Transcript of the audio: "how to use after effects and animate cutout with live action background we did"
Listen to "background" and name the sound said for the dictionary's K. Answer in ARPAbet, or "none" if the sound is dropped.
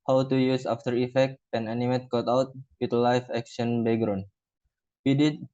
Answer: none